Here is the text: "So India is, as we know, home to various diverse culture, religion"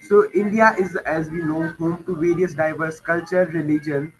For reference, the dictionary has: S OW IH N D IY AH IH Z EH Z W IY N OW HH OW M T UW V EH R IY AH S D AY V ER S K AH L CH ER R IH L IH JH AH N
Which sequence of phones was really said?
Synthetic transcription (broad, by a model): S OW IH N D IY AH IH Z EH Z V IY N OW HH OW M T UW V EH R IY AH S D AY V ER S K AH L CH ER R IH L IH JH AH N